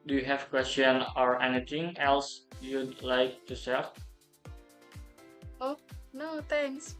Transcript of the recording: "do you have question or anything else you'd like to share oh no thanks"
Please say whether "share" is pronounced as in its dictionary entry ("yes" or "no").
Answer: no